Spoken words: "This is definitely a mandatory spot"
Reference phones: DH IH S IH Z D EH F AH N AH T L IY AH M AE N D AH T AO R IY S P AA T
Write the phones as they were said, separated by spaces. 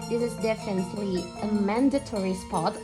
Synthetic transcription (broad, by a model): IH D IH Z D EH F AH N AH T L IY AH M AE N D AH T AO R IY S P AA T